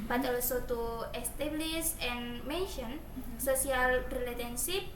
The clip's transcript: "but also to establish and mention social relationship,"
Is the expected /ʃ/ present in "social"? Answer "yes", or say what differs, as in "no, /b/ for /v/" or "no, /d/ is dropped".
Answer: no, /s/ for /ʃ/